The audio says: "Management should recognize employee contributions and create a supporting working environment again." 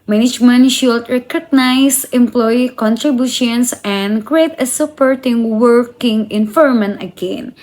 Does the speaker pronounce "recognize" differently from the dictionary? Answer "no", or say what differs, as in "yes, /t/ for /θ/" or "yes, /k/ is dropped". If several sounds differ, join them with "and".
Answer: yes, /s/ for /z/